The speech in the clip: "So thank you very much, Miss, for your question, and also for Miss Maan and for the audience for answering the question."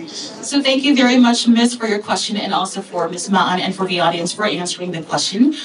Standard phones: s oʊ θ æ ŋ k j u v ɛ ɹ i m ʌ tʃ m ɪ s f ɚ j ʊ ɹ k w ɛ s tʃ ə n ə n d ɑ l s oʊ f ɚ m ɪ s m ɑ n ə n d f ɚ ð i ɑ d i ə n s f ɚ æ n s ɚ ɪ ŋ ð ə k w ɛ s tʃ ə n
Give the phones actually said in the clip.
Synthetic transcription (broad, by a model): s oʊ θ æ ŋ k j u v ɛ ɹ i m ʌ tʃ m ɪ s f ɚ j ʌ ɹ k w ɛ s tʃ ə n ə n ɑ l s oʊ f ɚ m ɪ s m ɑ n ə n f ɚ ð i ɑ d i ə n s f ɚ æ n s ɚ ɪ ŋ ð ə k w ɛ s tʃ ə n